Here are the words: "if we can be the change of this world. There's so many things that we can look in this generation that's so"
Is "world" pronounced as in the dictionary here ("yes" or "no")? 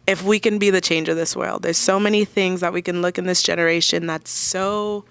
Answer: yes